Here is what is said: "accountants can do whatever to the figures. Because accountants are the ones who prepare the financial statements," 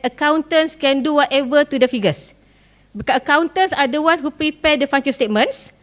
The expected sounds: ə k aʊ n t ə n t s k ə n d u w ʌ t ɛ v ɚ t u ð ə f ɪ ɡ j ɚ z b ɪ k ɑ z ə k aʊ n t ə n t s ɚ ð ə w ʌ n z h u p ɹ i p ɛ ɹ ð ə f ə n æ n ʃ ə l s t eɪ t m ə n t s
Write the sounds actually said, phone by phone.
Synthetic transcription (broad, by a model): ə k aʊ n t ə n s k ə n d u w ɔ t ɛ v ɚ t u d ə f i ɡ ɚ s b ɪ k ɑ ə k aʊ n t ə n s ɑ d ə w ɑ n h u p ɹ i p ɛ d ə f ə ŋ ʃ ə n s t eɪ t m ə n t s